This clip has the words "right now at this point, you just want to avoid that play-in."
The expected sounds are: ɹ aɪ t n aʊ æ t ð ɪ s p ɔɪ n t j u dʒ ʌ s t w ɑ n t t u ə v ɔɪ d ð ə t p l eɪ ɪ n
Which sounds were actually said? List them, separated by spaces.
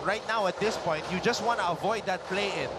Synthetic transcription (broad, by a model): ɹ aɪ t n aʊ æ t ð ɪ s p ɔɪ n t j u dʒ ʌ s t w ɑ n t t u ə v ɔɪ d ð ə t p l eɪ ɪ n